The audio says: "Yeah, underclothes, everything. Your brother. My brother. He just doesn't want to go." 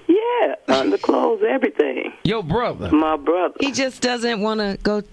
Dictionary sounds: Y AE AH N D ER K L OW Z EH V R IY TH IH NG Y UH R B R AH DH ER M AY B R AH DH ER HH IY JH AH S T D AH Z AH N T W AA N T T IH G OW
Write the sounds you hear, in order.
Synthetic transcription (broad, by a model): Y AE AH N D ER K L OW Z EH V R IY TH IH NG Y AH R B R AH DH ER M AY B R AH DH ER HH IY JH AH S D AH Z AH N T W AA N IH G OW